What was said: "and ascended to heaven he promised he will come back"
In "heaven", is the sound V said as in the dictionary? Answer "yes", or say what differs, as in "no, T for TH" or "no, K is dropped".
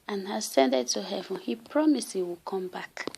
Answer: yes